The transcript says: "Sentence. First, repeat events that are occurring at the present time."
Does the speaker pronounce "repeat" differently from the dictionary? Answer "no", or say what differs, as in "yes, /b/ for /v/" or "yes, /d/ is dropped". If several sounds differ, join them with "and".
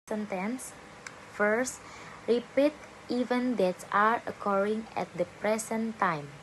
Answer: no